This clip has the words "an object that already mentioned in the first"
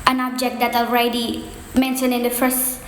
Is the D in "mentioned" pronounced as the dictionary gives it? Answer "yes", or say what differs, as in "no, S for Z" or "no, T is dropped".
no, D is dropped